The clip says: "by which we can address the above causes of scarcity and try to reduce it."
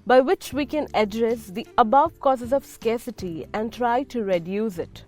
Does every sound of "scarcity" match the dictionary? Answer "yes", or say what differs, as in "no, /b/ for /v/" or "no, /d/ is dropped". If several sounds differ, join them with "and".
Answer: yes